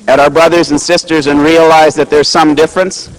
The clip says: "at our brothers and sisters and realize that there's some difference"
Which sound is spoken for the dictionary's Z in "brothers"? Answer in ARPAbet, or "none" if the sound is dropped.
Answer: Z